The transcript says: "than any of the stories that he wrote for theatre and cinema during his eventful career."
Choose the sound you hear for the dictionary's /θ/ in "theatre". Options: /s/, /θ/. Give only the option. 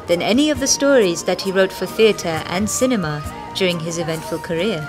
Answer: /θ/